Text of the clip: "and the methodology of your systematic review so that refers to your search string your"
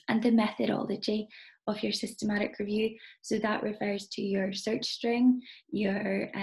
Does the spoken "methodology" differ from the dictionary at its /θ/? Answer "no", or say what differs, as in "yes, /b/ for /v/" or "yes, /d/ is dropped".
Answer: no